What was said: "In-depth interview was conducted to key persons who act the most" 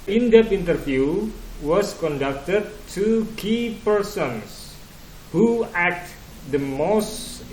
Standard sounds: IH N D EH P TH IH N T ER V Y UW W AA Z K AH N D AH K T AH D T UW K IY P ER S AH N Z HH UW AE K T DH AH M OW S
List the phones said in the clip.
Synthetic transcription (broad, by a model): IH N D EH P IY N T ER F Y UW W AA S K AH N D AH K T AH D T UW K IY P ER S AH N S HH UW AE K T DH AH M OW S